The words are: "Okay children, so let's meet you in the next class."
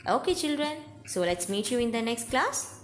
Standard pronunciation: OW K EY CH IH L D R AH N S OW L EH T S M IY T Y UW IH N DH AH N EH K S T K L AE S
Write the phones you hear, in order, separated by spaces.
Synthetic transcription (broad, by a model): OW K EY CH IH L D R AH N S OW L EH T S M IY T Y UW IH N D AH N EH K S T K L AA S